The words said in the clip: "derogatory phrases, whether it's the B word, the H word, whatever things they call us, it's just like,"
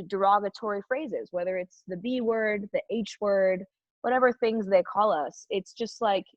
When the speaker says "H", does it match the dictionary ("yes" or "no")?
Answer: yes